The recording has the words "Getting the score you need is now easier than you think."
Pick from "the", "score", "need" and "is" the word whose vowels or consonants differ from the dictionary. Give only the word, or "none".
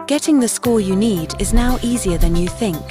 none